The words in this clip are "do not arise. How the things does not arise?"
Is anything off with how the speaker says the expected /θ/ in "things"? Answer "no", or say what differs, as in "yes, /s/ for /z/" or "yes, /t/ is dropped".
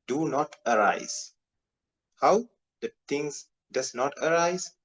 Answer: yes, /t/ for /θ/